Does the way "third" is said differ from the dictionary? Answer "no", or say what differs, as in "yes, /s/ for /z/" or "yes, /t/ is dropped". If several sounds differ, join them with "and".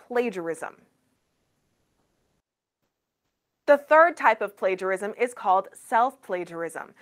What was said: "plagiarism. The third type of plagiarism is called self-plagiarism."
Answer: no